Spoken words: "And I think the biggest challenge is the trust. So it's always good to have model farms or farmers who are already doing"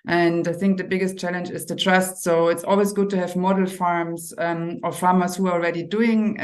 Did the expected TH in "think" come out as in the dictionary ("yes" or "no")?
yes